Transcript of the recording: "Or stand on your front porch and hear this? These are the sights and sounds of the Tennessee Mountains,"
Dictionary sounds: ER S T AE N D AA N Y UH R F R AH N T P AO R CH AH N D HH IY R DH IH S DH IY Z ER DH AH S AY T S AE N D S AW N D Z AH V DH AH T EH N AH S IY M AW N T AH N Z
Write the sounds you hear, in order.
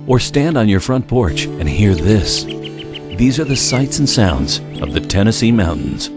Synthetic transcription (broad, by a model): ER S T AE N D N Y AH R F R AH N P AO R CH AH N HH IY R DH IH S DH IY Z ER DH AH S AY T S N S AW N D Z AH V DH AH T EH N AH S IY M AW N T N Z